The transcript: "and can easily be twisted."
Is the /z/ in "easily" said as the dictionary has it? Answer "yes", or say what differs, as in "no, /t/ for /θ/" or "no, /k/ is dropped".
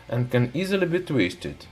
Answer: yes